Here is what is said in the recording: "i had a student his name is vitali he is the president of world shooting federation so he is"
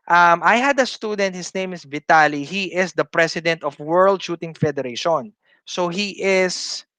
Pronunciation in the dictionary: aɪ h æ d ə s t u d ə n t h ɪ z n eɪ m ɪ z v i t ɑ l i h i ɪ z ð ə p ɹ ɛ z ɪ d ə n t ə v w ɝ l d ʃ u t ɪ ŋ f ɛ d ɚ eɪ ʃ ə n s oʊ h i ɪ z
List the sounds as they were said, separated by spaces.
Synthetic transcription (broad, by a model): aɪ h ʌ d ə s t u d ə n t h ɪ s n eɪ m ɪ s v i t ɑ l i h i ɪ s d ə p ɹ ɛ s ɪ d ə n t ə f w ɝ l d ʃ u t ɪ ŋ f ɛ d ɚ eɪ ʃ ə n s oʊ h i ɪ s